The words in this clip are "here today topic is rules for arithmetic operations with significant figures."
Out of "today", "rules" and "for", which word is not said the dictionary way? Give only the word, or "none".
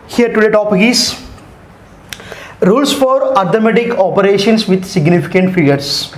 rules